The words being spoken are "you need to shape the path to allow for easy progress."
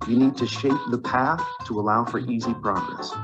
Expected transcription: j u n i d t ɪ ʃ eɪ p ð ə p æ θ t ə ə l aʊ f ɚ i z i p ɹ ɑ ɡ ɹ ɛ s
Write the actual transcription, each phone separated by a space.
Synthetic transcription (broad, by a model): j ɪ n i d t ɪ ʃ eɪ p ð ə p æ θ t ə ə l aʊ f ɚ i z i p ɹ ɑ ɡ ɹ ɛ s